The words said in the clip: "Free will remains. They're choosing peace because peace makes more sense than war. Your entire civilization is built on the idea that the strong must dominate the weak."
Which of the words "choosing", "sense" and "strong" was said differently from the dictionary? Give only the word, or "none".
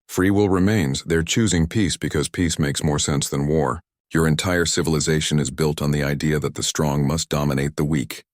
none